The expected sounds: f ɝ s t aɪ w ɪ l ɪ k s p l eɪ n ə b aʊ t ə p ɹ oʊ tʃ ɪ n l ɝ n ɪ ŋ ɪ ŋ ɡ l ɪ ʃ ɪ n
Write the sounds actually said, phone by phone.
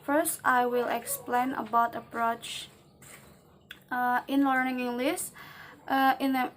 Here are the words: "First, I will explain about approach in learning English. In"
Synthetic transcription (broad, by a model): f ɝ s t aɪ w ɪ l ɪ k s p l eɪ n ə b aʊ t ə p ɹ oʊ tʃ ɪ n l ɝ n ɪ ŋ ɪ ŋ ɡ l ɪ s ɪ n